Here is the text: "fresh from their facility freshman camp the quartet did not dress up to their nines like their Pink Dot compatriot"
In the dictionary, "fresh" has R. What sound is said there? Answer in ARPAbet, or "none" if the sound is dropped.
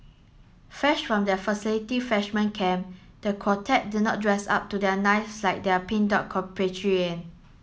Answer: none